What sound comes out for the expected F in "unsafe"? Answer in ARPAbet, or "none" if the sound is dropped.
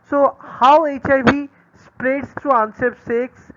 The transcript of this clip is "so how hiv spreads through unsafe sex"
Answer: P